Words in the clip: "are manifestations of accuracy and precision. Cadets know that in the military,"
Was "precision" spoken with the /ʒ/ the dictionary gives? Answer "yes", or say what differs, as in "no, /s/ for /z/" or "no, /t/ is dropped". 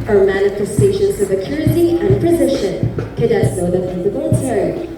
no, /ʃ/ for /ʒ/